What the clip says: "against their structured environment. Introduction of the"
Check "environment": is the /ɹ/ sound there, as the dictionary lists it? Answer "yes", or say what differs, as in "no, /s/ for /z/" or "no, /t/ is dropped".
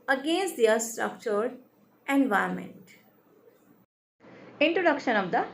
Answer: no, /ɹ/ is dropped